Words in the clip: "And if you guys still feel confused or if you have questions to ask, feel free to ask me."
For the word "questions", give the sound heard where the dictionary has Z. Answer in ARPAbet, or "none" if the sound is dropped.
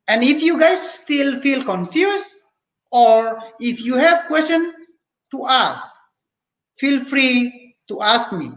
none